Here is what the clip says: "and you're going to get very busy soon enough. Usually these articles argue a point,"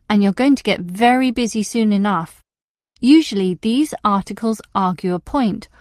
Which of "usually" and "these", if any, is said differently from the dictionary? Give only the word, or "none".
none